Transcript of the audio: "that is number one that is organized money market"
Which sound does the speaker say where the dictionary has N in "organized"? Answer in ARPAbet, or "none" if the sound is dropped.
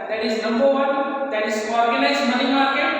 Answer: L